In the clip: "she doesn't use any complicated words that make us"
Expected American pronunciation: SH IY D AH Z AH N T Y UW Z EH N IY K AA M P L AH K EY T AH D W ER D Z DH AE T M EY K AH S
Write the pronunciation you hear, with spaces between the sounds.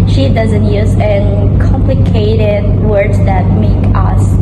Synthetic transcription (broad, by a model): SH IY D AH Z AH N T Y UW Z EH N K AA M P L AH K EY T AH D W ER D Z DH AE T M EY K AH S